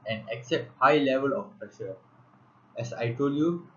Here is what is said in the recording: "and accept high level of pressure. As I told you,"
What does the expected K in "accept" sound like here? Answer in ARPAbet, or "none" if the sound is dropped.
K